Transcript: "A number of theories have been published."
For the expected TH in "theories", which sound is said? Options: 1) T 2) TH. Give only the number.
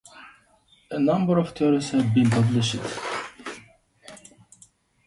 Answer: 1